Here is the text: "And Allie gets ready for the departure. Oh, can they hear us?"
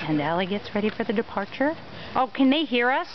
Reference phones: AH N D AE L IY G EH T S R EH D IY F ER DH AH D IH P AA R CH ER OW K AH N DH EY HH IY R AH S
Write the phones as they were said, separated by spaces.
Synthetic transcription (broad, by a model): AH N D AE L IY G EH T S R EH D IY F ER DH AH D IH P AA R CH ER OW K AH N DH EY HH IY R AH S